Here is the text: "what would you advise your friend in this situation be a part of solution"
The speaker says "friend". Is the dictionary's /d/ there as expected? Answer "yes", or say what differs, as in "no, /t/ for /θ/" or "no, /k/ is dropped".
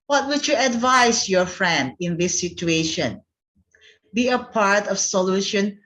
yes